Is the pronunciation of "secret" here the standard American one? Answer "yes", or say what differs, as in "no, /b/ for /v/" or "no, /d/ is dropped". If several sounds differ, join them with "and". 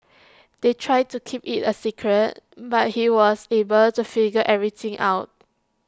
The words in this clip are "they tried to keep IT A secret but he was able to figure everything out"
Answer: yes